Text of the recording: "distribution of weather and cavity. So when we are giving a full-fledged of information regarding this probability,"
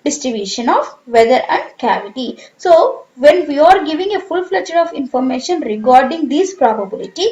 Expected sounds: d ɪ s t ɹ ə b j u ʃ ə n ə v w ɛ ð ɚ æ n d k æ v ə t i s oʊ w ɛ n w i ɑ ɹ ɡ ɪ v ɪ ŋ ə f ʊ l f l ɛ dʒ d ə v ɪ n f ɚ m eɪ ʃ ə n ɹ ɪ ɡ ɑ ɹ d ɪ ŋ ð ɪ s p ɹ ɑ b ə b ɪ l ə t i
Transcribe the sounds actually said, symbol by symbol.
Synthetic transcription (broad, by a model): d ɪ s t ɹ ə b j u ʃ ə n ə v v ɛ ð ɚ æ n d k æ v ə t i s oʊ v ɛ n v i ɑ ɹ ɡ ɪ v ɪ ŋ ə f ʊ l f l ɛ tʃ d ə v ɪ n f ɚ m eɪ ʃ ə n ɹ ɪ ɡ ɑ ɹ d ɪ ŋ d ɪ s p ɹ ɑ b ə b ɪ l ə t i